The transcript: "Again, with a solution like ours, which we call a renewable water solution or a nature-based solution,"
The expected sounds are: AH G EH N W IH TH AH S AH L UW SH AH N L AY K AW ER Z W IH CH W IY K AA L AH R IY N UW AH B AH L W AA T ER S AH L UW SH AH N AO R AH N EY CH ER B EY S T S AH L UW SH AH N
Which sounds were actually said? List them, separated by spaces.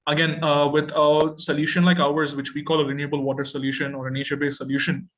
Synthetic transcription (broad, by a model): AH G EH N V IH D AH S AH L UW SH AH N L AY K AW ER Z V IH CH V IY K AA L AH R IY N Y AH B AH L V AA T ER S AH L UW SH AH N AO R AH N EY SH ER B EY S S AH L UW SH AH N